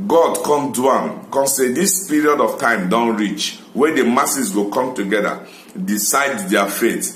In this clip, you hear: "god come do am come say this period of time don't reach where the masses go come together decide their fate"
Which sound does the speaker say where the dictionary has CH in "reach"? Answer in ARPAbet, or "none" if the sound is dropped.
CH